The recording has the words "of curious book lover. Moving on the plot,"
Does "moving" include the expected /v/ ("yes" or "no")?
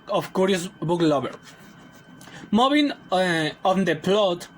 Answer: no